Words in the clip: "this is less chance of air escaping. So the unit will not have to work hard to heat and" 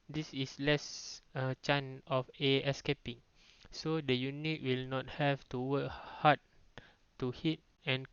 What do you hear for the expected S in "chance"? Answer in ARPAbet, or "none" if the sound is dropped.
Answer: none